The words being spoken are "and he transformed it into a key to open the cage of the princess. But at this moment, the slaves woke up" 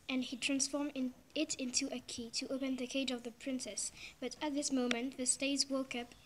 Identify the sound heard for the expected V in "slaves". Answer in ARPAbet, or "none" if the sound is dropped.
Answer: none